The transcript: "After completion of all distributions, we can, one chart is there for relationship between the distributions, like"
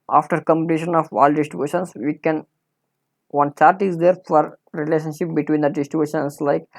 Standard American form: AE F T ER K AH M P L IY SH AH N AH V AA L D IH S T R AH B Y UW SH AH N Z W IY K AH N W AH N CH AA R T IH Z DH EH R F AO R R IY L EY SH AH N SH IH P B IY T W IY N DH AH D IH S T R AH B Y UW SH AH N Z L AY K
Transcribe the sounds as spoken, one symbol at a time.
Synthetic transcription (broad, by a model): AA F T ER K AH M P N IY SH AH N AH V AA L D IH S T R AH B Y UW SH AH N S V IY K AH N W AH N CH AA R T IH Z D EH R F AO R R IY L EY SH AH N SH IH P B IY T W IY N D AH D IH S T R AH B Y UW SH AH N S L AY K